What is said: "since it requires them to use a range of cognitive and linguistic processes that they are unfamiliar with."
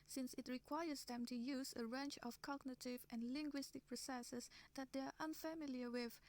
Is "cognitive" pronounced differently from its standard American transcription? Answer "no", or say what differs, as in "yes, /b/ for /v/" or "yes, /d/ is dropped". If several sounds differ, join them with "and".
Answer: no